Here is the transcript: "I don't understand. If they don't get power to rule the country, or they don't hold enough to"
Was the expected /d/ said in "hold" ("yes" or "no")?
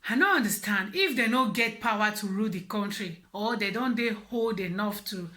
yes